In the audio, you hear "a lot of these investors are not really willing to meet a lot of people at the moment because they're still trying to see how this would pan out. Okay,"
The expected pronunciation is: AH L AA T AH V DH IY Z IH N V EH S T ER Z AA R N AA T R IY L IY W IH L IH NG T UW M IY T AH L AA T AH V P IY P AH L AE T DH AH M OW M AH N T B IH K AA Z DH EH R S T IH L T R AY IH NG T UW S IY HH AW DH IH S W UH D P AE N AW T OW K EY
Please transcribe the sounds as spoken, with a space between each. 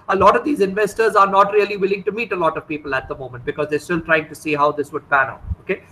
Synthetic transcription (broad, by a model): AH L AA T AH V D IY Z IH N V EH S T ER Z AA R N AA T R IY L IY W IH L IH NG T UW M IY T AH L AA T AH V P IY P AH L AE T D AH M OW M AH N T B IH K AA Z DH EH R S T IH L T R AY IH NG T UW S IY HH AW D IH S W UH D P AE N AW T OW K EY